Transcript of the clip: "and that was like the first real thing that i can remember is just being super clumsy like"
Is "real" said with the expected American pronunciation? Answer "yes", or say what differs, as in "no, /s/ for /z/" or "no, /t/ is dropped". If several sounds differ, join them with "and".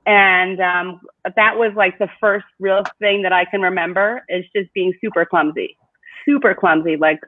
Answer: yes